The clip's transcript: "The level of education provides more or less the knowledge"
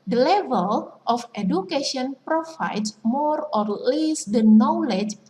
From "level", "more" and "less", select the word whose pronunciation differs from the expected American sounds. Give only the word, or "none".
none